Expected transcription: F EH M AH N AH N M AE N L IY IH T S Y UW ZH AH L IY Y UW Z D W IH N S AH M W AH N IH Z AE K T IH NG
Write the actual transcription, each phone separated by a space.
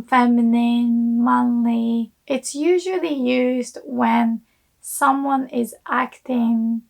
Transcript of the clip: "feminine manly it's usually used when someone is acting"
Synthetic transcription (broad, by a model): F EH M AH N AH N M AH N L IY IH T S Y UW ZH AH L IY Y UW Z D W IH N S AH M W AH N IH Z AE K T IH NG